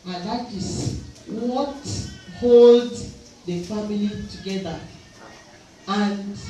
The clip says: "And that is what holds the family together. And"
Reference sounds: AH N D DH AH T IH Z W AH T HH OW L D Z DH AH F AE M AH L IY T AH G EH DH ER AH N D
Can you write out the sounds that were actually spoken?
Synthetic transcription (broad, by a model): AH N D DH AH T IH S W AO T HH OW L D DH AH F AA M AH L IY T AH G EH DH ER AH N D